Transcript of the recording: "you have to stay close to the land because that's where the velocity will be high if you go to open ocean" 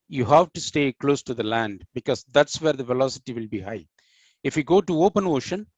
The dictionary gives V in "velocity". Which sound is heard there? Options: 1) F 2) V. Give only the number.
2